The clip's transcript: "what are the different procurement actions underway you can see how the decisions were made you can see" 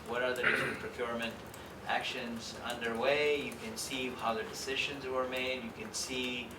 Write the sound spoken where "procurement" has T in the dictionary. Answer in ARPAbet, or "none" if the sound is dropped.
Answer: T